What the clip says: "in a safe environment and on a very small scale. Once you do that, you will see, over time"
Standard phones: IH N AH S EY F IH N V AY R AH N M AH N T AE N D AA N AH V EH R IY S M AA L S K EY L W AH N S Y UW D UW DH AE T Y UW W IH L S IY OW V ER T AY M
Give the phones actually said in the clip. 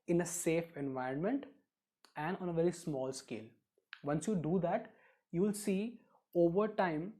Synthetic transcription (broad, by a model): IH N AH S EY F IH N V AY R AH N M AH N T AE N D AA N AH V EH R IY S M AA L S K EY L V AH N S Y UW D UW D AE T Y UW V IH L S IY OW V ER T AY M